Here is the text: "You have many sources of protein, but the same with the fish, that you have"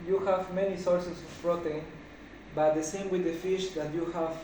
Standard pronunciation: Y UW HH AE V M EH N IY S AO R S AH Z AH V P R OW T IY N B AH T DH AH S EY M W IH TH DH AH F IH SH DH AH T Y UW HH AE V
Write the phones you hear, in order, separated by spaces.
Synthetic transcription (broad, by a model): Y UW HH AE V M EH N IY S AO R S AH S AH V F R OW T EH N B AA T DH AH S EY M W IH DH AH F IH SH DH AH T Y UW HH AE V